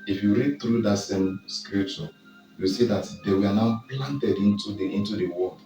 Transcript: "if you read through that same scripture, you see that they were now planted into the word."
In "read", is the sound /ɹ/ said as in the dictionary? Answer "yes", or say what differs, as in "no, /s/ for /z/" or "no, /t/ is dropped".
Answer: yes